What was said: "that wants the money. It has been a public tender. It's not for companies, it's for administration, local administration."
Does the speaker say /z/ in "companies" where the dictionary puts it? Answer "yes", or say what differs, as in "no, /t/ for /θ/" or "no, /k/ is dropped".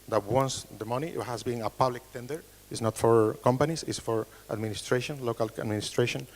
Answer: no, /s/ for /z/